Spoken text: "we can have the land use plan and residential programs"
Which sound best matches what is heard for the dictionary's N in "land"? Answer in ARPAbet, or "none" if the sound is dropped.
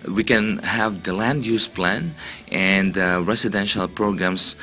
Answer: N